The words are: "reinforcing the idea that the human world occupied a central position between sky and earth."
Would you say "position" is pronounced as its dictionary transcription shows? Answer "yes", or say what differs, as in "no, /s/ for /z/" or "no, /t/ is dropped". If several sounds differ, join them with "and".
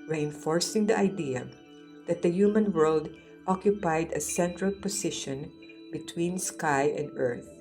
no, /s/ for /z/